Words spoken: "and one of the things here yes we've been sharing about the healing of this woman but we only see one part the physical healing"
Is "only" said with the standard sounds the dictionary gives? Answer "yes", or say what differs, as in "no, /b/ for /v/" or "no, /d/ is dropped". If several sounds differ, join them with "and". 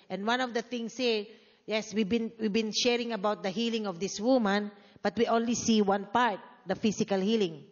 yes